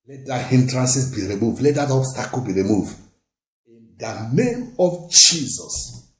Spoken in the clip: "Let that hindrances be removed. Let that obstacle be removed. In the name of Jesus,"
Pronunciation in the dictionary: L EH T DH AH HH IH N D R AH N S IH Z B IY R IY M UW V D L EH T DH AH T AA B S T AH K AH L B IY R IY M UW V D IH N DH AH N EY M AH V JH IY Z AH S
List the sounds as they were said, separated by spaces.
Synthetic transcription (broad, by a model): L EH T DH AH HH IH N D R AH N S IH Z B IY R IY M UW V D L EH T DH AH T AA S T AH K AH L B IY R IY M UW V D IH N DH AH N EY M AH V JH IY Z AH S